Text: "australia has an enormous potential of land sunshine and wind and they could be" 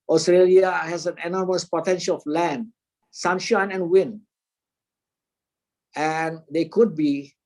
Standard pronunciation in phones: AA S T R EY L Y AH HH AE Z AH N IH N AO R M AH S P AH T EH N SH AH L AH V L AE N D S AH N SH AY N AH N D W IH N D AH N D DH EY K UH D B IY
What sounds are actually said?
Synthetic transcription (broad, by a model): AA S T R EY L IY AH HH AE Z AH N IH N AO R M AH S P AH T EH N SH AH L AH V L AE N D S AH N SH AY N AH N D W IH N AH N D EY K UH D B IY